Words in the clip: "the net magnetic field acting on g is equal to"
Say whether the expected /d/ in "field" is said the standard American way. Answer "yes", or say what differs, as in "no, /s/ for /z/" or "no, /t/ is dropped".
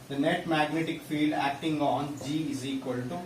yes